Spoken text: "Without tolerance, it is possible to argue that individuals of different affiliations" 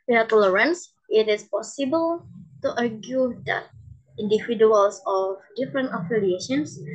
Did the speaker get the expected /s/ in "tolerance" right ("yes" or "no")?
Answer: yes